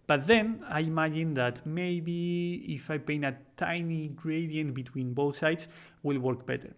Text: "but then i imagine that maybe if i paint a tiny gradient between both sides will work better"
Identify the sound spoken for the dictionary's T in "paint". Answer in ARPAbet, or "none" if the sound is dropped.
none